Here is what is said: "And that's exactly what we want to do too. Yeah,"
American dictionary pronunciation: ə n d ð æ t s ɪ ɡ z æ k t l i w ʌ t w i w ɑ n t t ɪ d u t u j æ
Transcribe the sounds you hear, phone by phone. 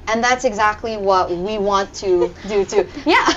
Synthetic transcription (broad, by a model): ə n ð æ t s ɪ ɡ z æ k t l i w ʌ t w i w ɑ n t t ɪ d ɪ t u j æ